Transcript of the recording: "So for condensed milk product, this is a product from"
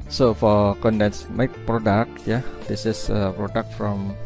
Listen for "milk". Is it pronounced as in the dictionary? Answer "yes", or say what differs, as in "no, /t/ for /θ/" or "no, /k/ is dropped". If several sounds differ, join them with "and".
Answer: no, /l/ is dropped